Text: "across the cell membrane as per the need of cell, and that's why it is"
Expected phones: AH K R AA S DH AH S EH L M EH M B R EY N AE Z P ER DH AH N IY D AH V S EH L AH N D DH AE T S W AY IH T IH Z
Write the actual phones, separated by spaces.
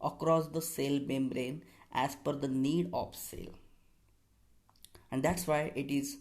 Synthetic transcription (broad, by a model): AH K R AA S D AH S EH L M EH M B R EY N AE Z F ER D AH N IY D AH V S EH L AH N D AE T S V AY IH T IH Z